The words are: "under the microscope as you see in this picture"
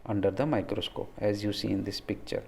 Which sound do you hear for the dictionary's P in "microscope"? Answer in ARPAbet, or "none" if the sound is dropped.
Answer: none